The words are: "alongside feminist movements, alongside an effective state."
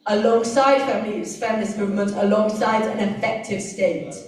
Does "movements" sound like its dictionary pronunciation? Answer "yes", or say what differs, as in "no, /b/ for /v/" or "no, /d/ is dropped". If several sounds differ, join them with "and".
no, /s/ is dropped